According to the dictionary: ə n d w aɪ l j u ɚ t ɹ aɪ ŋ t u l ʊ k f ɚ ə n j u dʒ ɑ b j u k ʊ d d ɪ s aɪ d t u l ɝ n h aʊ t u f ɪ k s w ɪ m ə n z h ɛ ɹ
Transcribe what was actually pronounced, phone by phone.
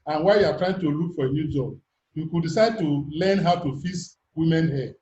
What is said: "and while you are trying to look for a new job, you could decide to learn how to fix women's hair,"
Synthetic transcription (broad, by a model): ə n w aɪ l j u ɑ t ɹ aɪ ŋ t u l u k f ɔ ə n j u dʒ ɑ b j u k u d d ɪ s aɪ d t u l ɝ n h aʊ t u f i s w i m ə n h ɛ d